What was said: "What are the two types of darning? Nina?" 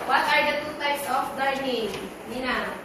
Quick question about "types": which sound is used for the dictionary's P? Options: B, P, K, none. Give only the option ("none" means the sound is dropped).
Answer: none